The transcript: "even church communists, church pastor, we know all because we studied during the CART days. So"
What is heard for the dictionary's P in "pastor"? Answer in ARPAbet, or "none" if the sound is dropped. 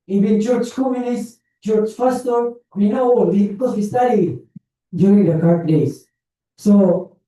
F